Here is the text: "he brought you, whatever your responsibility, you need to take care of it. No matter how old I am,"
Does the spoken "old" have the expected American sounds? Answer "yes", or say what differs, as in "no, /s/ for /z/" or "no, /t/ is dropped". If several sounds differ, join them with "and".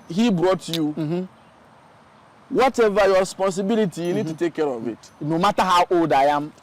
no, /l/ is dropped